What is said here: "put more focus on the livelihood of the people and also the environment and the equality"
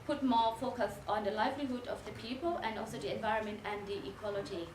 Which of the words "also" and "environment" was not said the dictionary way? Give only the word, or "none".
none